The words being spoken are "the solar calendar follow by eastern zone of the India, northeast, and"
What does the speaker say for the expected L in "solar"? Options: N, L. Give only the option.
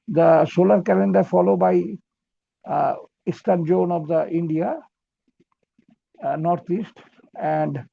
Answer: L